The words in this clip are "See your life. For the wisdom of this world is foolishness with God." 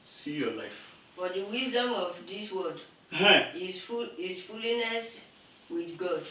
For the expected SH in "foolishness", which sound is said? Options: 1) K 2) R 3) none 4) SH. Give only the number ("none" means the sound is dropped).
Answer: 3